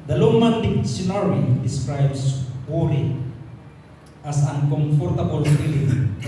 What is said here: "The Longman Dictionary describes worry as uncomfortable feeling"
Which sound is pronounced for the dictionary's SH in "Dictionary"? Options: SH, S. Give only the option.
S